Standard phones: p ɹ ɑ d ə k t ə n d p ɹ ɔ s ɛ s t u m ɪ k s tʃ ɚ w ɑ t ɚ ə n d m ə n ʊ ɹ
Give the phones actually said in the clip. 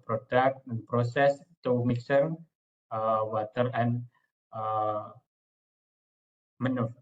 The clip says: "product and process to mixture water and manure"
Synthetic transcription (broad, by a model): p ɹ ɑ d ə k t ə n p ɹ ɔ s ɛ s t u m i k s ɚ w ɑ t ɚ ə n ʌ m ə n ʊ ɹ